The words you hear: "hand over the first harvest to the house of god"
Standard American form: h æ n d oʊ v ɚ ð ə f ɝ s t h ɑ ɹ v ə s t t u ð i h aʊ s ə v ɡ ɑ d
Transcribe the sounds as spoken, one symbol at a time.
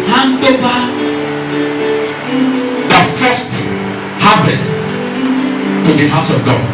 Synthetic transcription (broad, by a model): h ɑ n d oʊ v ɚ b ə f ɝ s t h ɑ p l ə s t t u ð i h aʊ s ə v ɡ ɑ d